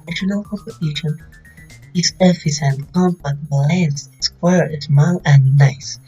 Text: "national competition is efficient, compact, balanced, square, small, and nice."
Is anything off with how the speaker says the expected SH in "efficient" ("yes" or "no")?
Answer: yes